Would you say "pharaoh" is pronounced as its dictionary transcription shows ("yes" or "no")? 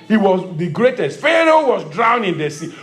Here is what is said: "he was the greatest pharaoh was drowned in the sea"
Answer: yes